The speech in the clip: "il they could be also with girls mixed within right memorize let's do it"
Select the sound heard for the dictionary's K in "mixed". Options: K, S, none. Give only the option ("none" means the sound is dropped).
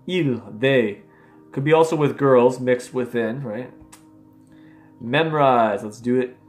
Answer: K